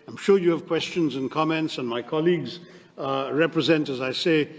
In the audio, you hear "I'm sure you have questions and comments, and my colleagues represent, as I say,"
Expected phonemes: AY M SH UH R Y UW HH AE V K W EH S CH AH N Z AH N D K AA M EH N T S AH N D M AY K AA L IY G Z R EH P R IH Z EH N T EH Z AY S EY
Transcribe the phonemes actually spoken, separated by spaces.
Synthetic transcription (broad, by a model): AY M SH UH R Y UW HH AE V K W EH S CH AH N Z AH N K AA M EH N T S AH N M AY K AA L IY G Z R EH P R IH Z EH N T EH Z AY S EY